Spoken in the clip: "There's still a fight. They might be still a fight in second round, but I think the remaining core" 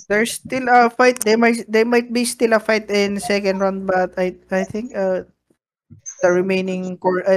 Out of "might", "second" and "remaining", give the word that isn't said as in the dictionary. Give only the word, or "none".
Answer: none